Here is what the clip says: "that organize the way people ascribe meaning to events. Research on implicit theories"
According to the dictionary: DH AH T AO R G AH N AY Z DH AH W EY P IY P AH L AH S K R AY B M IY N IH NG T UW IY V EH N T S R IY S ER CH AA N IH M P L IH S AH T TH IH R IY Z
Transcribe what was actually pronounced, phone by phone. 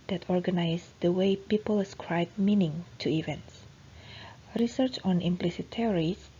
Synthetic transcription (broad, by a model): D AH T AO R G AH N AY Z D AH W EY P IY P AH L S K R AY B M IY N IH NG T UW IY V EH N T S R IY S ER CH AA N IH M P L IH S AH T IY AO R IY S